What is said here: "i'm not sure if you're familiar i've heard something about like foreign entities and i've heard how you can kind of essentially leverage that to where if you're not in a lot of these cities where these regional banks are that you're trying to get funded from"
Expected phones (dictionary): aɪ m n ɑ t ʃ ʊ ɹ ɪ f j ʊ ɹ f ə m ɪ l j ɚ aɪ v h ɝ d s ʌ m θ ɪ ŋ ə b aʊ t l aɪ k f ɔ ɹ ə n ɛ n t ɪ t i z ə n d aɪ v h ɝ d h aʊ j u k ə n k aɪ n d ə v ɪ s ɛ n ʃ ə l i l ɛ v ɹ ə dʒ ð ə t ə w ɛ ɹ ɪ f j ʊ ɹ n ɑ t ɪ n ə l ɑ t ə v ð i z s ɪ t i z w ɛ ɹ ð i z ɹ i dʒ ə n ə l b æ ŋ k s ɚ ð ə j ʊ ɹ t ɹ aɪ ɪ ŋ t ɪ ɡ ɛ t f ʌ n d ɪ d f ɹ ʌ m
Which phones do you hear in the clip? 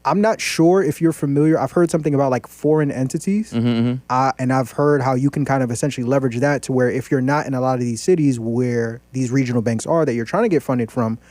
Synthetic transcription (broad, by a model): aɪ m n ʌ t ʃ ʊ ɹ ɪ f j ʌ ɹ f ə m ɪ l j ɚ aɪ v h ɝ d s ʌ m θ ɪ ŋ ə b aʊ t l aɪ k f ɔ ɹ ə n ɛ n t ɪ t i z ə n aɪ v h ɝ d h aʊ j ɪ k n k aɪ n d ə v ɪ s ɛ n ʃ l i l ɛ v ɹ ə dʒ ð ə t ə w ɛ ɹ ɪ f j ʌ ɹ n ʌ t ɪ n ə l ɑ t ə v ð i z s ɪ t i z w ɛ ɹ ð i z ɹ i dʒ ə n l b æ ŋ k s ɚ ð ə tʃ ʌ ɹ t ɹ aɪ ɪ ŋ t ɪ ɡ ɛ t f ʌ n d ɪ d f ɹ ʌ m